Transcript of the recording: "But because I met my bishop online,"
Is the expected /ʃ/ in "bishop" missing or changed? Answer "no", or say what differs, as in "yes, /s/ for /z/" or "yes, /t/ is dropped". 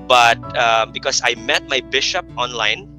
no